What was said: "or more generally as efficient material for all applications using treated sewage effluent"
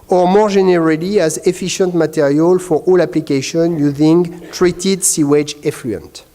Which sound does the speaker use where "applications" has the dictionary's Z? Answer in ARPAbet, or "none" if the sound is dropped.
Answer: none